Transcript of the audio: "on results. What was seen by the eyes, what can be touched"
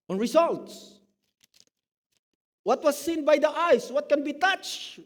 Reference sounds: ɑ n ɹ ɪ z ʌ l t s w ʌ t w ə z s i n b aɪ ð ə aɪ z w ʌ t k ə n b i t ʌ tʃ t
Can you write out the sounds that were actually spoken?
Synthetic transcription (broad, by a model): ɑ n ɹ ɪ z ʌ l t s w ʌ t w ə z s i n b aɪ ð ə aɪ s w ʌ t k ə n b i t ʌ tʃ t